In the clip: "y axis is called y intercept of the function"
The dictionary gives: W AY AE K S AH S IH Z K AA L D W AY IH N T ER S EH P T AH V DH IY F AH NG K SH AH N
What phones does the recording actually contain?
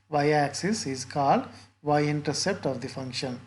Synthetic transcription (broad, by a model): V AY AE K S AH S IH Z K AA L D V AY IH N T ER S EH P T AH V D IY F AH NG K SH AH N